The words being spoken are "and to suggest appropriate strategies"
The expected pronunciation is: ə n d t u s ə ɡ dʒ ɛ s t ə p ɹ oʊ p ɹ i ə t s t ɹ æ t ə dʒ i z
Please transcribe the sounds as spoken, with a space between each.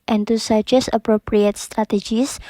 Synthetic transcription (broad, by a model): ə n t u s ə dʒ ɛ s ə p ɹ oʊ p ɹ i ə t s t ɹ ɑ t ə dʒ i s